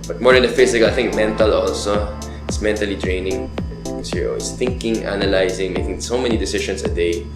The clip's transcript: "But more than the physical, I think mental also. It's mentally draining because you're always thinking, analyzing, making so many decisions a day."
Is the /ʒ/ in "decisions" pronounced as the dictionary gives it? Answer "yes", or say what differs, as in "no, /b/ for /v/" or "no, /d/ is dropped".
no, /ʃ/ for /ʒ/